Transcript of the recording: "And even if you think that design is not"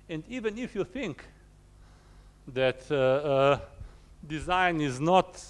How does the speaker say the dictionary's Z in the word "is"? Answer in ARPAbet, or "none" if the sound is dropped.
Z